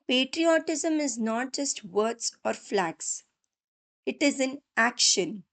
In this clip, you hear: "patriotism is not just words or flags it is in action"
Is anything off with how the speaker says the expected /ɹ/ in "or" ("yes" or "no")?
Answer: no